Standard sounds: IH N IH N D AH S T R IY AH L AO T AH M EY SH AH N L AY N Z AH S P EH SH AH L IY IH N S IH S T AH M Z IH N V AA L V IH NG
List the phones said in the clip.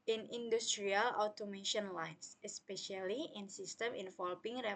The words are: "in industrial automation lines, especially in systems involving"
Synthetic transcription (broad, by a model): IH N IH N D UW S T R IY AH L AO T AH M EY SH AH N L AY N S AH S P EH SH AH L IY IH N S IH S T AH M IH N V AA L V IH NG